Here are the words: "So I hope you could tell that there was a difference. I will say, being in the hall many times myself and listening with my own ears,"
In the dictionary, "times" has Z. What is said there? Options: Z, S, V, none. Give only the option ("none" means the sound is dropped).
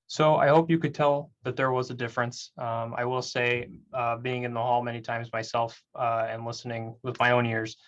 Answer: Z